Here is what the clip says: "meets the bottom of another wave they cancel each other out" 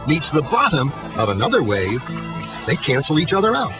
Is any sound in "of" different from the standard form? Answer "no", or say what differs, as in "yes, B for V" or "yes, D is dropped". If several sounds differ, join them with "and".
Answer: no